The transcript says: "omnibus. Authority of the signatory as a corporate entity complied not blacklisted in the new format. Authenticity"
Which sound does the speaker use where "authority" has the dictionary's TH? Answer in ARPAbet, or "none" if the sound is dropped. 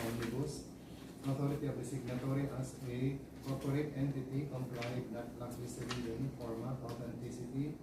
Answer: T